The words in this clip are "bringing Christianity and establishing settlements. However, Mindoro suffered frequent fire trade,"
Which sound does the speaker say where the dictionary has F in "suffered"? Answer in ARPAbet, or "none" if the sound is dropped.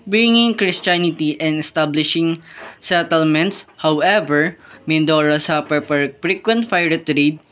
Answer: P